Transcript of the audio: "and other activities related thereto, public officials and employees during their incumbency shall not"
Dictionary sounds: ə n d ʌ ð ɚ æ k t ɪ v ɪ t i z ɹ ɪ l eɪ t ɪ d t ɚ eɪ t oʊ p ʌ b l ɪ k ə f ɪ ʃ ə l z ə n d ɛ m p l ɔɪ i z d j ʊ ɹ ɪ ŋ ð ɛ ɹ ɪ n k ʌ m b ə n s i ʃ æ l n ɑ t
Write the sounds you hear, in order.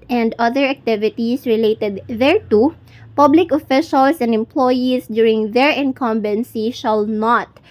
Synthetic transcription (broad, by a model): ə n d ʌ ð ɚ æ k t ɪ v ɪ t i s ɹ ɪ l eɪ t ɪ d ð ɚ t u p ʌ b l ɪ k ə f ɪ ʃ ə l s ə n d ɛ m p l ɔɪ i s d j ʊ ɹ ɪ ŋ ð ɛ ɹ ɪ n k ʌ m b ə n s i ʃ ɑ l n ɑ t